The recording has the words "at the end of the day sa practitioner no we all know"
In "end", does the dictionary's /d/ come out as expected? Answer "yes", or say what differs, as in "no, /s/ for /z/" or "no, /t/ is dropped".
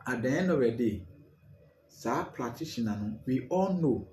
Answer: no, /d/ is dropped